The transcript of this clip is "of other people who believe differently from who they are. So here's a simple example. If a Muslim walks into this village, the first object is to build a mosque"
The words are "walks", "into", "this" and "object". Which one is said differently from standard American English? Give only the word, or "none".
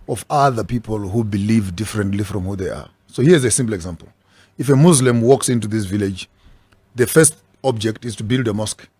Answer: none